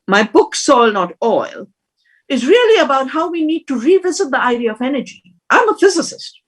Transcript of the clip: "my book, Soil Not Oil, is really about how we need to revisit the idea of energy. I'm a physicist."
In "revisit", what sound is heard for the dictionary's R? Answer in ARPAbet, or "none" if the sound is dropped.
R